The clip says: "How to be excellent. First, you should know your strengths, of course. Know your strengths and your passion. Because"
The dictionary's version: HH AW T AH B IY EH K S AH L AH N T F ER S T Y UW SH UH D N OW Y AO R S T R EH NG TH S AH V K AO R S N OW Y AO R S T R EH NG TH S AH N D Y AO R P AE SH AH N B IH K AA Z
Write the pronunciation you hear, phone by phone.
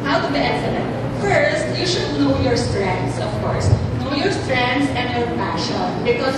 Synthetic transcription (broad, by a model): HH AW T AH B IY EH S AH N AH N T F ER S T Y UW SH UH D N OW Y AO R S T R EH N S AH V K AO R S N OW Y AO R S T R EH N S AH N Y AO R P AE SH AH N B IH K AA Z